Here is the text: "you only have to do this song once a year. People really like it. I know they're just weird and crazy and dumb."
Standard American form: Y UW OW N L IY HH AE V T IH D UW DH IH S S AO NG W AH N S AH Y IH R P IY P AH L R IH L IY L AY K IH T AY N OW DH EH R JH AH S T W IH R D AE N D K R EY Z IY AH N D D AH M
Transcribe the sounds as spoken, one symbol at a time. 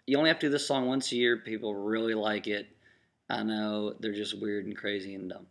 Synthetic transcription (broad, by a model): Y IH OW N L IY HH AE F T IH D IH DH IH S S AO NG W AH N S AH Y IH R P IY P L R IH L IY L AY K IH T AY N OW DH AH R JH AH S T W IH R D N K R EY Z IY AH N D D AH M